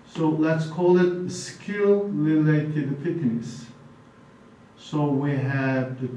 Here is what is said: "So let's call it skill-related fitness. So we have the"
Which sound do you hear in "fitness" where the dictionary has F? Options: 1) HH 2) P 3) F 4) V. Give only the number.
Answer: 2